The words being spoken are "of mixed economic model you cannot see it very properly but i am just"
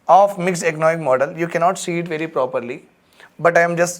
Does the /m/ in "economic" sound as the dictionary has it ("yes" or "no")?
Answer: no